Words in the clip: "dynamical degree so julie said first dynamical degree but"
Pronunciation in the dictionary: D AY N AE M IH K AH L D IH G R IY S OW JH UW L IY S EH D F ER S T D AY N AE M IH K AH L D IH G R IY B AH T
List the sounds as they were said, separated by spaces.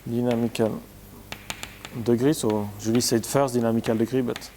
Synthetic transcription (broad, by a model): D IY N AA M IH K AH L D IH G R IY S OW ZH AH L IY S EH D F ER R D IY N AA M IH K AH L D IH G R IY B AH T